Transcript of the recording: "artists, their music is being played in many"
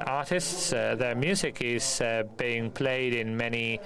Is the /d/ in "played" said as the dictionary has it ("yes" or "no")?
yes